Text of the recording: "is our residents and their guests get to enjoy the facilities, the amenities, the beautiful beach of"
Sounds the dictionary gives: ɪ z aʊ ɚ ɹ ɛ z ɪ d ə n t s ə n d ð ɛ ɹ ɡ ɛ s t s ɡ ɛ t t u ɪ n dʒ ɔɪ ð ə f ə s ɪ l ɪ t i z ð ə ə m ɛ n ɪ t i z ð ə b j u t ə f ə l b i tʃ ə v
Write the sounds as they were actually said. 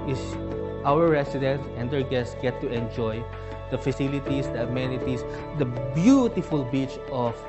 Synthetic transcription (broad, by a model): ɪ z aʊ ɚ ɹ ɛ s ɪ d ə n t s ə n d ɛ ɹ ɡ ɛ s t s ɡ ɛ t t u ɪ n dʒ ɔɪ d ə f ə s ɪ l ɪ t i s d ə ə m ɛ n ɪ t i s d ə b j u t ə f ə l b i tʃ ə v